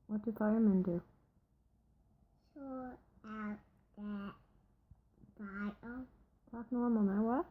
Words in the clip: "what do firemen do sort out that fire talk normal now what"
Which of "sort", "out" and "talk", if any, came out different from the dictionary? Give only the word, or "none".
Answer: sort